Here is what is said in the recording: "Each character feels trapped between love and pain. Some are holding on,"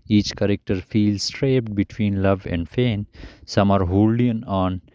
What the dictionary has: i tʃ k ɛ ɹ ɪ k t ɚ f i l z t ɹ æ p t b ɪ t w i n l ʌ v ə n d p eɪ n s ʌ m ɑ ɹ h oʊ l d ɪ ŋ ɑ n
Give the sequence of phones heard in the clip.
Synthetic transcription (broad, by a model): i tʃ k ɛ ɹ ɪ k t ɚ f i l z t ɹ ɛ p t b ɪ t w i n l ʌ v ə n d f eɪ n s ʌ m ɑ ɹ h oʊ l d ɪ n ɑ n